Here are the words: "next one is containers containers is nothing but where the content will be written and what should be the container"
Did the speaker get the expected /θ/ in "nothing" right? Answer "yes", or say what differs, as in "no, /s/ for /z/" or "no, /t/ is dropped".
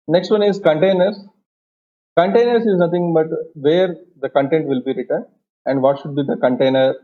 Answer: no, /t/ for /θ/